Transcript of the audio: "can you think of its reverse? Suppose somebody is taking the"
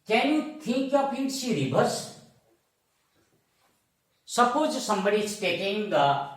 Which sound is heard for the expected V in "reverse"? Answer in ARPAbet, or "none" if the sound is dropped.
B